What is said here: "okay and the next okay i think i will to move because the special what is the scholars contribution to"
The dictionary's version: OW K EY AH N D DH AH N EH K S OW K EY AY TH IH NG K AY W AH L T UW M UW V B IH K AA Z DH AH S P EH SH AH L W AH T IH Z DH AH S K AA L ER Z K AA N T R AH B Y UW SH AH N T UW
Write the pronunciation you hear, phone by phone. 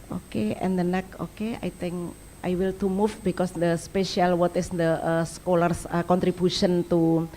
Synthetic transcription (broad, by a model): OW K EY AH N D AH N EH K OW K EY AY T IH NG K AY W AH L T UW M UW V B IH K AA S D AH S P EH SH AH L W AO T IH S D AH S K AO L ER S K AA N T R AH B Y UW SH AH N T UW